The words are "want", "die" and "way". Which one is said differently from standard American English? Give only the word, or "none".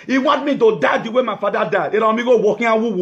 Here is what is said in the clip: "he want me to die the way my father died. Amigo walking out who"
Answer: want